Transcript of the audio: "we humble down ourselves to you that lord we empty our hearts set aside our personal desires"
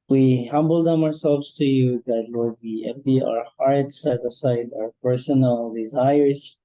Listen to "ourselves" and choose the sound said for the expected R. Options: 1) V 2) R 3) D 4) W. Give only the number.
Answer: 2